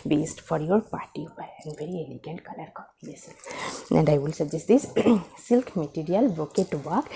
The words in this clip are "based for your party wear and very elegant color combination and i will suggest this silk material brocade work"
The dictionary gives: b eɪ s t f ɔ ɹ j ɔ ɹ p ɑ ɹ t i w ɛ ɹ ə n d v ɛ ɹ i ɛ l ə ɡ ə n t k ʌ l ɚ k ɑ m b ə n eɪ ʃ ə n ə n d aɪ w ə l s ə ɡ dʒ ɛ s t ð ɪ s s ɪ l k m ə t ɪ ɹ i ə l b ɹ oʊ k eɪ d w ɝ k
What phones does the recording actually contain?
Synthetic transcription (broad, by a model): b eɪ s t f ɔ ɹ j ɔ ɹ p ɑ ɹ t i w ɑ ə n v ɛ ɹ i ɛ l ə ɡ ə n t k ʌ l ɚ k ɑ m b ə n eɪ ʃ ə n ə n d aɪ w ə l s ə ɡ dʒ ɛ s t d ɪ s s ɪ l k m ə t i ɹ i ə l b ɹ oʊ k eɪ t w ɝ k